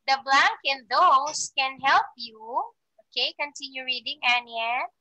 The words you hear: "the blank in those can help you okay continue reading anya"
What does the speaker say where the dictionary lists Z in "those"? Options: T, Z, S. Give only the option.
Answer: S